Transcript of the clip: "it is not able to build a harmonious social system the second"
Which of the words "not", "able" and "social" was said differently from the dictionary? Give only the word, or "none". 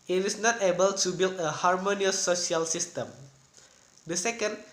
social